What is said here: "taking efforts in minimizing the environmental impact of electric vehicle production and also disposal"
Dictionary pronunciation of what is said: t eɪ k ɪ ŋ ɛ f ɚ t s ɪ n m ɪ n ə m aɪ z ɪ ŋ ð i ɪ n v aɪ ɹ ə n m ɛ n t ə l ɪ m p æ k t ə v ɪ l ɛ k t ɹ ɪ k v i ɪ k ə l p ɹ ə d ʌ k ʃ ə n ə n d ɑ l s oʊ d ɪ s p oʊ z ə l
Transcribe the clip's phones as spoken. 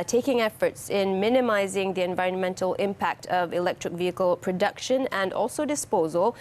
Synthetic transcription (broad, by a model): t eɪ k ɪ ŋ ɛ f ɚ t s ɪ n m ɪ n ə m aɪ z ɪ ŋ ð i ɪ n v aɪ ɹ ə n m ɛ n t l ɪ m p æ k t ə v ɪ l ɛ k t ɹ ɪ k v i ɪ k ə l p ɹ ə d ʌ k ʃ ə n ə n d ɑ l s oʊ d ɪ s p oʊ z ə l